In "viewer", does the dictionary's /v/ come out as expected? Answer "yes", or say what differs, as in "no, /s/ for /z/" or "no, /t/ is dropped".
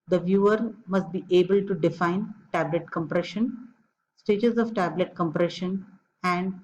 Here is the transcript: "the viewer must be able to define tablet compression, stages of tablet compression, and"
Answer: yes